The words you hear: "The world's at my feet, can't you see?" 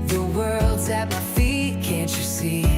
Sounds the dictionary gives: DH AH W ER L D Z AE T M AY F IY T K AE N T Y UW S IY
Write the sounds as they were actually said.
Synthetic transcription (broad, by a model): DH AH W ER L D Z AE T M AY F IY T K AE N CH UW S IY